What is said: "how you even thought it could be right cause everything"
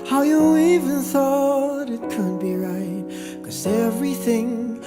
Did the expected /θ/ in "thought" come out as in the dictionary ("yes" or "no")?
yes